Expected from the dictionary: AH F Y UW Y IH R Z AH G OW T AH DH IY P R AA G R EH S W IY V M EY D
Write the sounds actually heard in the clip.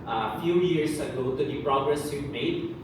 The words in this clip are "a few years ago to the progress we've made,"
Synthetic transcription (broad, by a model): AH F Y UW Y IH R S AH G OW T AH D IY P R AA G R EH S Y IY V M EY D